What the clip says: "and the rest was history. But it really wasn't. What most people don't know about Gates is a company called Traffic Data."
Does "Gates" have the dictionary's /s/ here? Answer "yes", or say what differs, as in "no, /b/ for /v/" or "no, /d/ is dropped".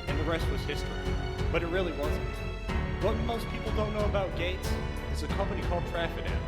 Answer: yes